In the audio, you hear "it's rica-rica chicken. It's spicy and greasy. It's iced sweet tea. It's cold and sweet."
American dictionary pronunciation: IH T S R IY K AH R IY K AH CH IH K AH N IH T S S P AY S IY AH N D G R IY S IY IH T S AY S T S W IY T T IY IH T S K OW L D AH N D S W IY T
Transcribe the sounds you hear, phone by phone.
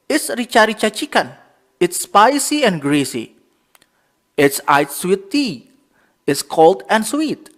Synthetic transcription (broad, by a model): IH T S R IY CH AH R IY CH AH CH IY K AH N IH T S S P AY S IY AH N G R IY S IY IH T S AY T S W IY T T IY IH T S K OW L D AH N S W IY T